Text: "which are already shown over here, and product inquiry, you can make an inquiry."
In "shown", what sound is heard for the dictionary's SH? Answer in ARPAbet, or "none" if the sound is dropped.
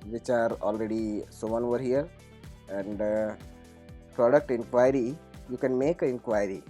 S